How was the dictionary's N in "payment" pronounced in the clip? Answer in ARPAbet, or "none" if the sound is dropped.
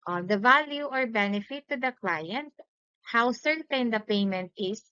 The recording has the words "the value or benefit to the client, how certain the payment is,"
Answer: N